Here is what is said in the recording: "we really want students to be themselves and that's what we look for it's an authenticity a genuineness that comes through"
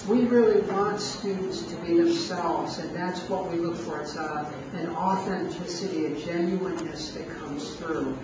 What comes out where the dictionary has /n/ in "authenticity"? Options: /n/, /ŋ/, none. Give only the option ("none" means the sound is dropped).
/n/